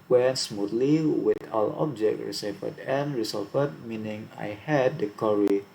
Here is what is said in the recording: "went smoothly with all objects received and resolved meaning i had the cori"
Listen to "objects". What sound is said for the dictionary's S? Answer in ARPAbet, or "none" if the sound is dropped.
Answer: none